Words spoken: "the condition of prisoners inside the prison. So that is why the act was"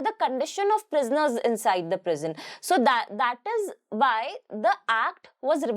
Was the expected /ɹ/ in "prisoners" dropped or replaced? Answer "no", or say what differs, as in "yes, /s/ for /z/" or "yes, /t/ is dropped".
no